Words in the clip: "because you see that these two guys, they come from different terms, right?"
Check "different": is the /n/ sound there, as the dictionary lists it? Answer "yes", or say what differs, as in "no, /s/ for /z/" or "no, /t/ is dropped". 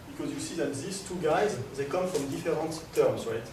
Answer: no, /n/ is dropped